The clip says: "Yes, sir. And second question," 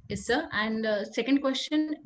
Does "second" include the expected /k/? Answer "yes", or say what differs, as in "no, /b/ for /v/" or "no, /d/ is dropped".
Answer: yes